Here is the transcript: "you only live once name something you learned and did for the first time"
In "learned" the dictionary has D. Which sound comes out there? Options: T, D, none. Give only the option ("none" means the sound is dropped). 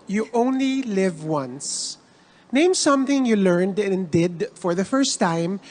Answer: D